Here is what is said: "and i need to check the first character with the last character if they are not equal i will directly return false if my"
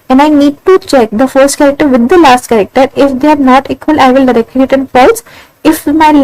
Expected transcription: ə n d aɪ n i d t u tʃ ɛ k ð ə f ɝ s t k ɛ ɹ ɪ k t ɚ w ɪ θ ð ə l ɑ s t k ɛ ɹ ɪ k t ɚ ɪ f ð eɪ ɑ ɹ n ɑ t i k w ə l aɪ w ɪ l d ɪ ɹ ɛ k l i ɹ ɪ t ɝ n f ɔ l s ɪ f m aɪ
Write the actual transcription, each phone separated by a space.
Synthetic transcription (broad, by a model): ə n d aɪ n i d t u tʃ ɛ k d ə f ɝ s t k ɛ ɹ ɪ k t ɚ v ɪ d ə l ɑ s t k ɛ ɹ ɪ k t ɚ ɪ f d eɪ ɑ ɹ n ɑ t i k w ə l aɪ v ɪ l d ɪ ɹ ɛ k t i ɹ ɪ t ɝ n p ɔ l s ɪ f m aɪ